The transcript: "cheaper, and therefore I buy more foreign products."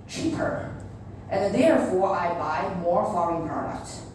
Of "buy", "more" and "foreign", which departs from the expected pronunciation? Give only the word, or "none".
foreign